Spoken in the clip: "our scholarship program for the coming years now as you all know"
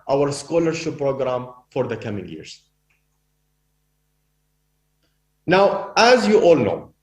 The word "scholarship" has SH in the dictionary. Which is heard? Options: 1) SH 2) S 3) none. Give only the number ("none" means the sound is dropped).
1